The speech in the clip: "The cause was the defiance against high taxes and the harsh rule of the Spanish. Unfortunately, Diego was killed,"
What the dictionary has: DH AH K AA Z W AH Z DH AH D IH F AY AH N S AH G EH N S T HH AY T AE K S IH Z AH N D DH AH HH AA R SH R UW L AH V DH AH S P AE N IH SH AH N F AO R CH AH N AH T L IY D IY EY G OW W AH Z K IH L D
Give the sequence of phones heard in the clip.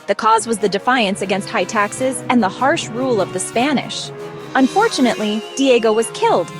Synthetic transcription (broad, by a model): DH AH K AA Z W AH Z DH AH D IH F AY AH N S AH G EH N S T HH AY T AE K S IH Z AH N DH AH HH AA R SH R UW L AH V DH AH S P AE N IH SH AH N F AO R CH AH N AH T L IY D IY EY G OW W AH Z K IH L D